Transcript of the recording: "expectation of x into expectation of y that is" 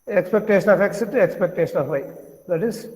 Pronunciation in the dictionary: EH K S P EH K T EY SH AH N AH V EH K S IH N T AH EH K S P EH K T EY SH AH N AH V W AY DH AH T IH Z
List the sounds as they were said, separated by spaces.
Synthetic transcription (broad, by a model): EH K S P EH K T EY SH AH N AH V EH K S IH T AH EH K S P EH K T EY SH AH N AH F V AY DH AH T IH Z